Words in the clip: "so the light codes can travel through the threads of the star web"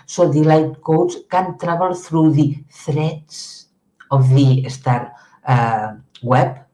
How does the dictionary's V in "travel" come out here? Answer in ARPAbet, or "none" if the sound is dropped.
B